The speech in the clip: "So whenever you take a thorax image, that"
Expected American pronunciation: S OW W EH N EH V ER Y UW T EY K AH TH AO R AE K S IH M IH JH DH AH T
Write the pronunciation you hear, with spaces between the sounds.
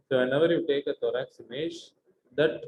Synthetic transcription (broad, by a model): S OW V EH N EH V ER Y UW T EY K AH T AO R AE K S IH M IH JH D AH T